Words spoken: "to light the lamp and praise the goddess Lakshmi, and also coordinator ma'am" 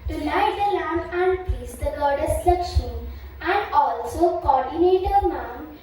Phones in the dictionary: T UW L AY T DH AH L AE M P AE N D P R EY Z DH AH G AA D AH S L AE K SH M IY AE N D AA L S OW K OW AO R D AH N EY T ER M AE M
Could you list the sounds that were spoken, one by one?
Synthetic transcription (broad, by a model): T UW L AY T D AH L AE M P AE N D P IY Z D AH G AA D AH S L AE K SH IY AE N D AA L S OW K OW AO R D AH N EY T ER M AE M